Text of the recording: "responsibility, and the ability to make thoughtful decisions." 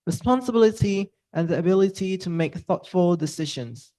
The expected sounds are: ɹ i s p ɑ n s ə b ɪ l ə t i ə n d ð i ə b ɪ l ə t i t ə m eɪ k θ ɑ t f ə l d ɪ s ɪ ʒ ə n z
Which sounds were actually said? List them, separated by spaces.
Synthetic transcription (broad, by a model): ɹ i s p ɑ n s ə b ɪ l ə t i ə n ð i ə b ɪ l ə t i t ə m eɪ k θ ɑ t f ə l d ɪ s ɪ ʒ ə n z